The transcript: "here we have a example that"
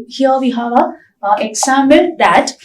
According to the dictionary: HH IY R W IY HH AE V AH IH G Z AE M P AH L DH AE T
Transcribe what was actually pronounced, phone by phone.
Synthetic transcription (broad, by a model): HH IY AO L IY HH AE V AH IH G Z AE M AH N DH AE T